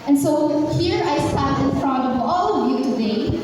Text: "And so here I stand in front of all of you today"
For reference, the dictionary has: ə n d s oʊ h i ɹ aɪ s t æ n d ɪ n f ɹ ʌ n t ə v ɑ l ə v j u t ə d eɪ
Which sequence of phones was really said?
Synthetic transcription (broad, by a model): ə n s oʊ h i ɹ aɪ s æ d ɪ n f ɹ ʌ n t ə v ɑ l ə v j u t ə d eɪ